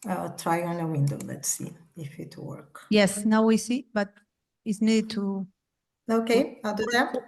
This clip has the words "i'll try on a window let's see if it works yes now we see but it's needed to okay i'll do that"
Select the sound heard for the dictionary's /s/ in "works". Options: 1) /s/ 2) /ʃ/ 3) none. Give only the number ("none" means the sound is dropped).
3